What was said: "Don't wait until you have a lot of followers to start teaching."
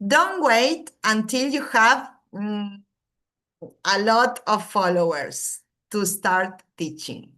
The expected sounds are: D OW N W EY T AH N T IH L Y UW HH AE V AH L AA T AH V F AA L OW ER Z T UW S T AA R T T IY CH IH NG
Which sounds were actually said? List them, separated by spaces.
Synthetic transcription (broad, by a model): D OW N W EY T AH N T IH L Y UW HH AE V AH L AA T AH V F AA L OW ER S T UW S T AA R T T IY CH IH NG